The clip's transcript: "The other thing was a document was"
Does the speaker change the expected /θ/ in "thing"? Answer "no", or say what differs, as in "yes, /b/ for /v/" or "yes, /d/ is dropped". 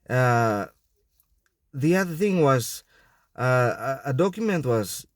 no